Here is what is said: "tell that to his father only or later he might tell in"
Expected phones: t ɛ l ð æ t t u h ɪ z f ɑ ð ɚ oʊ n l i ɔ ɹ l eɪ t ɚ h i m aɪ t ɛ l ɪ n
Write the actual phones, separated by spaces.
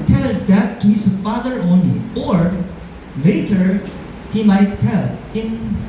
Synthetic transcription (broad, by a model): t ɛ l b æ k t u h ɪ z f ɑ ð ɚ oʊ n l i ɔ ɹ l eɪ t ɚ h i m aɪ t ɛ l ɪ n